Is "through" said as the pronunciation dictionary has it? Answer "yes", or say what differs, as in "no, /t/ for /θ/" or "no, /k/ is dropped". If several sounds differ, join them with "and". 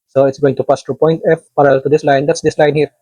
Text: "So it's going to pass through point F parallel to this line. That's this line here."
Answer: no, /t/ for /θ/